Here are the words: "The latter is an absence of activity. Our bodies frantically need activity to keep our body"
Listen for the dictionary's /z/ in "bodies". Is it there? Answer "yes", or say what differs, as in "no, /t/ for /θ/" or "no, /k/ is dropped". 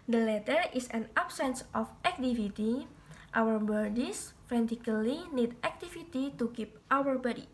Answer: no, /s/ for /z/